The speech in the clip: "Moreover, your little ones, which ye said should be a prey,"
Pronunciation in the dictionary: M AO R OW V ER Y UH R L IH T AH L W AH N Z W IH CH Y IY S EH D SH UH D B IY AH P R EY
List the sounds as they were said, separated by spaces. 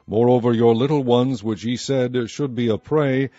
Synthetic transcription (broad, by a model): M AO R OW V ER Y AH R L IH T L W AH N Z W IH CH Y IY S EH D SH UH D B IY AH P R EY